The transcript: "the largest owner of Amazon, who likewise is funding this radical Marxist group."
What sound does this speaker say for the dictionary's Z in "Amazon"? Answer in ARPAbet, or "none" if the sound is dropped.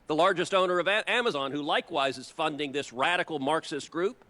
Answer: Z